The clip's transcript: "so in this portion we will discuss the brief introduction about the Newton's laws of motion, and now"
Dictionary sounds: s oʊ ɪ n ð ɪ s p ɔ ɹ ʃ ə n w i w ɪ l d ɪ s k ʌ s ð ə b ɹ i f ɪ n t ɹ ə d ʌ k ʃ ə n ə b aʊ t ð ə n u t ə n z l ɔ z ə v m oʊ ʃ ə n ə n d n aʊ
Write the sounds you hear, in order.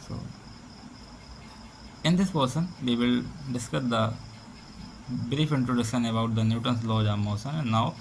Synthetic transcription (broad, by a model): s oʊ ɪ n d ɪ s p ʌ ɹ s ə n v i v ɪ l d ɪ s k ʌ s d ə b ɹ i f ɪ n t ɹ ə d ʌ ʃ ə n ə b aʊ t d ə n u t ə n s l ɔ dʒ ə m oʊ s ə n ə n n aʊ